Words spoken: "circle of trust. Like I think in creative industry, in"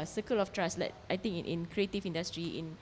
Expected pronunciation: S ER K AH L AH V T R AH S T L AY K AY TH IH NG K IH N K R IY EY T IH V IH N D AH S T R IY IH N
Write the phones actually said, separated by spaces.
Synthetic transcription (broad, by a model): S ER K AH L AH F T R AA S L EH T AY T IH NG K IH N K R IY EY T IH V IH N D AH S T R IY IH N